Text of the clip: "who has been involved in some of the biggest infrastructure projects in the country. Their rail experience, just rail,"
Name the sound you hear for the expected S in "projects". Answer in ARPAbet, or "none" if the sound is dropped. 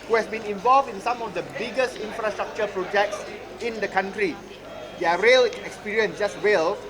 S